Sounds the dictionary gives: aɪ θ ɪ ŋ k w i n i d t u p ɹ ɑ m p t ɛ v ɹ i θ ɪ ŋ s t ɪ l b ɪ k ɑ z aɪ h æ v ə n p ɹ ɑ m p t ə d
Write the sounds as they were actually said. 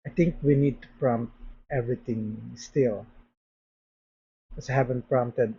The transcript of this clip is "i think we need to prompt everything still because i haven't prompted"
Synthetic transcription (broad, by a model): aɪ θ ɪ ŋ k w i n i d t u p ɹ ɑ m p t ɛ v ɹ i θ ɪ ŋ s t ɪ l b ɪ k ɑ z aɪ h æ v ə n p ɹ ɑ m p t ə d